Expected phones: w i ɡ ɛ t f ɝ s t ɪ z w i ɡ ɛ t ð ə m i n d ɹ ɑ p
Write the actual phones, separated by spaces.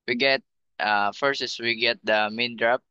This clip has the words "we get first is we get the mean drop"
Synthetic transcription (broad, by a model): w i ɡ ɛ t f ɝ s ɪ s w i ɡ ɛ t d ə m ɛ n d ɹ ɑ p